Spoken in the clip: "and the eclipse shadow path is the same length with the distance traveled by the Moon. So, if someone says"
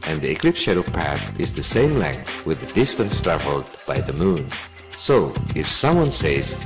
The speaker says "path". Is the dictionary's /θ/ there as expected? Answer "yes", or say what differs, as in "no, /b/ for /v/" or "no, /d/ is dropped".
yes